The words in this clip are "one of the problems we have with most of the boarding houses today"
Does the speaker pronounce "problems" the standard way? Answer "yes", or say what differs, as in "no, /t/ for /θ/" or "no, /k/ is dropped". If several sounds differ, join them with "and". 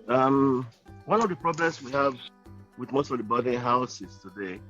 no, /s/ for /z/